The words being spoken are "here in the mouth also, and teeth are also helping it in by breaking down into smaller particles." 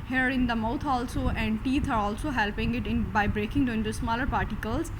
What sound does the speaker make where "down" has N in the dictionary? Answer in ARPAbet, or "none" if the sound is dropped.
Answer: none